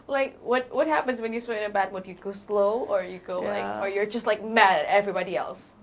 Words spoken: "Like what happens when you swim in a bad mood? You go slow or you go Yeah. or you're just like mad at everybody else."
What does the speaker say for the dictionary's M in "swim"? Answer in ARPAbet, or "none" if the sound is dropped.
none